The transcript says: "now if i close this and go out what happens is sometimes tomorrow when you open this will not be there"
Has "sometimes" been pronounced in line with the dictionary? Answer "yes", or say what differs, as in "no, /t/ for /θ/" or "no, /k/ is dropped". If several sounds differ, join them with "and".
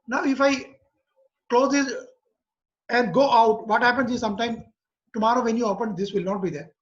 no, /z/ is dropped